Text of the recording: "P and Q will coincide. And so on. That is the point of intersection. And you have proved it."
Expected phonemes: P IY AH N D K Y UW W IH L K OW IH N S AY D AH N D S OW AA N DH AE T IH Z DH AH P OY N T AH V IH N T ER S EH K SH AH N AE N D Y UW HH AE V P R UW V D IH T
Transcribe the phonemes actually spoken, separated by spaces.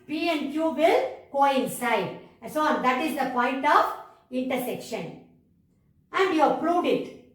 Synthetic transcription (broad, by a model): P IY AH N D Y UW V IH L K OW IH N S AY AH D S OW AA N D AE T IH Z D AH P OY N T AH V IH N T ER S EH K SH AH N AE N D Y UW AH P R UW V D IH T